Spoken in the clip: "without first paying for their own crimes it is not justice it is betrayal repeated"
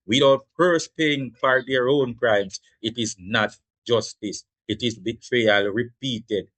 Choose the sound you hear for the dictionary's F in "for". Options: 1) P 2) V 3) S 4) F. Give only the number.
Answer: 1